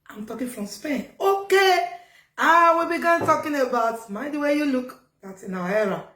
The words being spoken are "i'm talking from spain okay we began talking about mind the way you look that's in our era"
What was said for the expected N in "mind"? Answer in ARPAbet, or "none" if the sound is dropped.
none